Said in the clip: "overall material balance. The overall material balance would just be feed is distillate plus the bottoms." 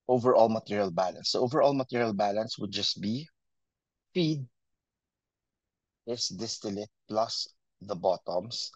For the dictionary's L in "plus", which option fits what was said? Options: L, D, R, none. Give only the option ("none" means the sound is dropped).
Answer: L